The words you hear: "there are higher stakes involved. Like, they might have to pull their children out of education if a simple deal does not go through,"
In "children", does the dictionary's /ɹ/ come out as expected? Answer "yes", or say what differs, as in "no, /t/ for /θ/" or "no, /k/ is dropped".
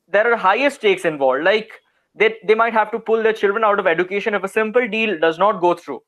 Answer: yes